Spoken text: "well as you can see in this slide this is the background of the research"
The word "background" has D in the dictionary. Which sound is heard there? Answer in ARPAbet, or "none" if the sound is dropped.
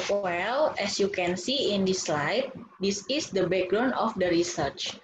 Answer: none